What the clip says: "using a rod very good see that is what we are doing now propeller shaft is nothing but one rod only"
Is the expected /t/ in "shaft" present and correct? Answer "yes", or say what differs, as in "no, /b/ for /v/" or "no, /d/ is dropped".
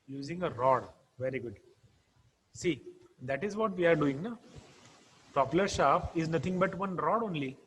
no, /t/ is dropped